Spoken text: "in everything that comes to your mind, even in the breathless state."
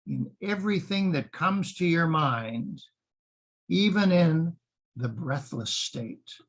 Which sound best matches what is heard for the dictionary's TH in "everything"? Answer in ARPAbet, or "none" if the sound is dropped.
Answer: TH